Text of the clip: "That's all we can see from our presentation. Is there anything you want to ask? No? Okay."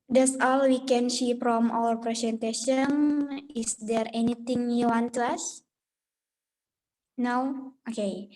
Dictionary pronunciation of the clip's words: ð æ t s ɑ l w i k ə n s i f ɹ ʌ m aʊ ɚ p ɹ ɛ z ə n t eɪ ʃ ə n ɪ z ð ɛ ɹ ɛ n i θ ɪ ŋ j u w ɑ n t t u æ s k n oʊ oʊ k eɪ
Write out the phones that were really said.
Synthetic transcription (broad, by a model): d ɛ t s ɑ l w i k ə n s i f ɹ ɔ m aʊ ɚ p ɹ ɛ s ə n t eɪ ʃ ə n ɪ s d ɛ ɹ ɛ n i t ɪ ŋ j u w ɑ n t t u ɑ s n oʊ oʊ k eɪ